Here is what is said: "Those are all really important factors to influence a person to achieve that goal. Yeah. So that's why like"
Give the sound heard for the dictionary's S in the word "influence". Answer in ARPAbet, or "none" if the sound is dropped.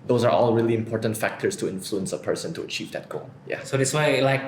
S